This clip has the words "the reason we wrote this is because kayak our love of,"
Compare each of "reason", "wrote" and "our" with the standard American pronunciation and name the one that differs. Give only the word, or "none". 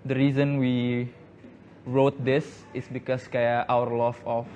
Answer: none